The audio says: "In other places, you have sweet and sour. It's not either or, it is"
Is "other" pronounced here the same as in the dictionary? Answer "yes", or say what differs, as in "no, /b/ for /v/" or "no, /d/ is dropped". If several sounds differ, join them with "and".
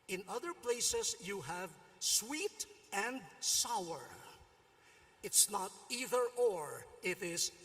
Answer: yes